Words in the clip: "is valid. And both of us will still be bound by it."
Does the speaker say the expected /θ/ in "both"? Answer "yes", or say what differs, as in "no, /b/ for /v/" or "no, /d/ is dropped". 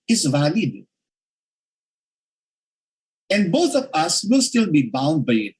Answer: no, /t/ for /θ/